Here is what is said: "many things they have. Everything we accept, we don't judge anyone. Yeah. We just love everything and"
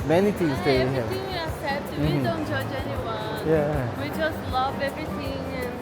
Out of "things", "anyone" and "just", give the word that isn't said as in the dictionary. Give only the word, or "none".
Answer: things